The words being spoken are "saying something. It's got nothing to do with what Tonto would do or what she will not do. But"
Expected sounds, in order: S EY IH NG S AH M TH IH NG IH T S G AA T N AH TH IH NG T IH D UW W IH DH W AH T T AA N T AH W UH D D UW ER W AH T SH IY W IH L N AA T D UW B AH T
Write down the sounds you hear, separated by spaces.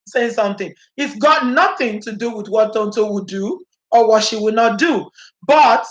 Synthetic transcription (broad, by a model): S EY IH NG S AH M TH IH NG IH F G AA T N AH TH IH NG T IH D UW W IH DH W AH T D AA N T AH W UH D D UW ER W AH T SH IY W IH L N AA T D UW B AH T